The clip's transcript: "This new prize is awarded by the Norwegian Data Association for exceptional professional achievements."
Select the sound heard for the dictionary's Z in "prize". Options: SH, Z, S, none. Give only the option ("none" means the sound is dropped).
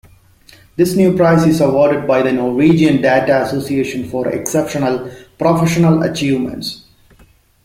S